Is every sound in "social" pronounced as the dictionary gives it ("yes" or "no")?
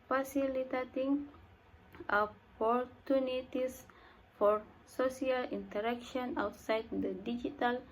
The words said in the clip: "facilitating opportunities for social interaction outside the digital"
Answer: no